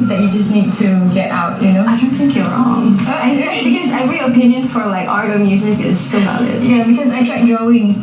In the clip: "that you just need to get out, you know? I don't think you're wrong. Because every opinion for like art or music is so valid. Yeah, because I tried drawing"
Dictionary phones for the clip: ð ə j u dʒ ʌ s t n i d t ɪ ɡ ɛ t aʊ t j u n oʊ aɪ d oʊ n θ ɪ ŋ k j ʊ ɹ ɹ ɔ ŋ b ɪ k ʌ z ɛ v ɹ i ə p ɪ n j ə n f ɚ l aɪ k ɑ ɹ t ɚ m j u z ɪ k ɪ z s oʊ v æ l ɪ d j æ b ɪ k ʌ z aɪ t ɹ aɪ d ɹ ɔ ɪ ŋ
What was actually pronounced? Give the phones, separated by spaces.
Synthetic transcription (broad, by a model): ð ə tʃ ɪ dʒ ʌ s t n i d t ɪ ɡ ɛ t aʊ t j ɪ n oʊ aɪ d oʊ n θ ɪ ŋ k j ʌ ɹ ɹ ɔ ŋ b ɪ k ʌ z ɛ ɹ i ə p ɪ n j ə n f ɚ l aɪ k ɑ ɹ t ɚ m j u z ɪ k ɪ z s oʊ b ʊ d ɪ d j æ b ɪ k ʌ z aɪ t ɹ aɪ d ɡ ɔ ɪ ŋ